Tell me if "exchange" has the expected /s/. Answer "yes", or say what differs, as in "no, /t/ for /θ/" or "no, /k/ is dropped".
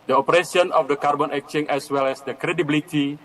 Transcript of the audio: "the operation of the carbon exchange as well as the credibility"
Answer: no, /s/ is dropped